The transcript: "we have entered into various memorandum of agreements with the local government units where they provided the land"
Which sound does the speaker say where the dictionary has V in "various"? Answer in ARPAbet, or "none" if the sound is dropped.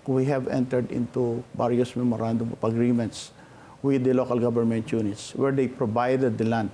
B